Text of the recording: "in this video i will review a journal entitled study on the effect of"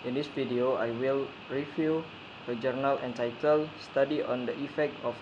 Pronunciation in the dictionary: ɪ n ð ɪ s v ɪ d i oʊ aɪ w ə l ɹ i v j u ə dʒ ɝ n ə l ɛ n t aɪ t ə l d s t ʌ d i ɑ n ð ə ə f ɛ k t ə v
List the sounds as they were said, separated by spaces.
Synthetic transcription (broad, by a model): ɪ n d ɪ s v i d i oʊ aɪ w ə l ɹ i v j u ə dʒ ɝ n ə l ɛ n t aɪ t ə l s t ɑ d i ɑ n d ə ə f ɛ k t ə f